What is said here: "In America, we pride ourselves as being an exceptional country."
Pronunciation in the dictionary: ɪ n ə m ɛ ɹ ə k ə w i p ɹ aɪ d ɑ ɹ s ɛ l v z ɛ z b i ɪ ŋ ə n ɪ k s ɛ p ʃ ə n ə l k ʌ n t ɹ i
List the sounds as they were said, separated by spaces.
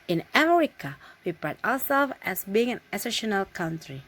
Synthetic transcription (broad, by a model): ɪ n ə m ɛ ɹ ə k ə w i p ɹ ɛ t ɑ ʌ s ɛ l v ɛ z b i ɪ ŋ ə n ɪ s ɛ ʃ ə n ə l k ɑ n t ɹ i